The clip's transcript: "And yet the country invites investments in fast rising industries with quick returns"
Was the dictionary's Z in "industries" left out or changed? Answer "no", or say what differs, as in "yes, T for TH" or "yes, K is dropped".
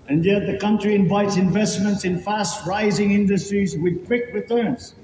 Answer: no